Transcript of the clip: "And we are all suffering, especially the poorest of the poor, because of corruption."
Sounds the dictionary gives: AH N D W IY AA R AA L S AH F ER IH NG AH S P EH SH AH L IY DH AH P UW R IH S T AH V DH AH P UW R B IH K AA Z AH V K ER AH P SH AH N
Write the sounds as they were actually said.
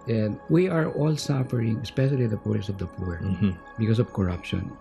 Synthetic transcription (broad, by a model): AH N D W IY AA R AA L S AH F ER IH NG AH S P EH SH AH L IY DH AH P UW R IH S AH V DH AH P UW R B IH K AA S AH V K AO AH P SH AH N